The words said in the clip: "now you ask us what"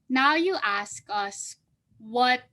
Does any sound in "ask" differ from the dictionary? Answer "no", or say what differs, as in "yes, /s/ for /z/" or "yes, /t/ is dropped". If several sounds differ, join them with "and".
no